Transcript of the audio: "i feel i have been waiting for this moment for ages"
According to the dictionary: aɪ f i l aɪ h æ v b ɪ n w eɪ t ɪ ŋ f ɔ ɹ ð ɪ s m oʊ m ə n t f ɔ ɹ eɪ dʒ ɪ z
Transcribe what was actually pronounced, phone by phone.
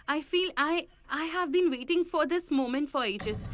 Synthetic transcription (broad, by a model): aɪ f i l aɪ h æ v b ɪ n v eɪ t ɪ ŋ f ɔ ɹ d ɪ s m oʊ m ə n t f ɔ ɹ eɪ dʒ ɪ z